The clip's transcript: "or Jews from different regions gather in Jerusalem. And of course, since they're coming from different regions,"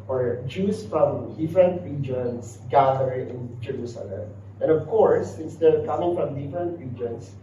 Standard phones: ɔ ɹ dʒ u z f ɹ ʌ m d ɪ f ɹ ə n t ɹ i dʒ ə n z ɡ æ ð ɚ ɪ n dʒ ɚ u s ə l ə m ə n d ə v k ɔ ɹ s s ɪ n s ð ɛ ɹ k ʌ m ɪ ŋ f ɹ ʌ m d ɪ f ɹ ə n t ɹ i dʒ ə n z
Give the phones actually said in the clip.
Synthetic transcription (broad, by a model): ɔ ɹ dʒ u s f ɹ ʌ m d ɪ f ɹ ə n t ɹ i dʒ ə n s ɡ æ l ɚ ɪ n dʒ ɚ u s ə l ə m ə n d ə v k ɔ ɹ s s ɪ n s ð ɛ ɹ k ʌ m ɪ ŋ f ɹ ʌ m d ɪ f ɹ ə n t ɹ i dʒ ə n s